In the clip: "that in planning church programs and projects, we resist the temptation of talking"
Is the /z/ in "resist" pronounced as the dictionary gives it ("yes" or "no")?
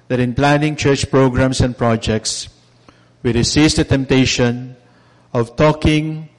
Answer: no